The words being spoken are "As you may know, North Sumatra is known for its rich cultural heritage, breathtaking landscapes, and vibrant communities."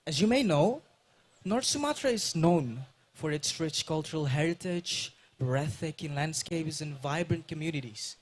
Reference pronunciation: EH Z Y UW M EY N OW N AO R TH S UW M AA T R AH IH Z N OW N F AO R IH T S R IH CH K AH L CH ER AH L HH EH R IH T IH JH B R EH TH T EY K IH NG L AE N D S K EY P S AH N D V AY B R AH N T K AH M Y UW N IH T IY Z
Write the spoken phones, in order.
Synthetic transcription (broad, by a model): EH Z Y UW M EY N OW N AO R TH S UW M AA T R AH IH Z N OW N F AO R IH T S R IH CH K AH L CH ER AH L HH EH R IH T IH JH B R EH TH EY K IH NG L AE N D S K EY P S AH N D V AY B R AH N T K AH M Y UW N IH T IY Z